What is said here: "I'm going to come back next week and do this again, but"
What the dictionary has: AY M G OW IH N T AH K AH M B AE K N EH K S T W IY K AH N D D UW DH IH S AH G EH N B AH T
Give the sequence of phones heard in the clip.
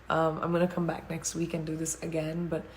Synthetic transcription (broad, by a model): AY M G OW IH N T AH K AH M B AE K N EH K S T W IY K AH N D D UW DH IH S AH G EH N B AH T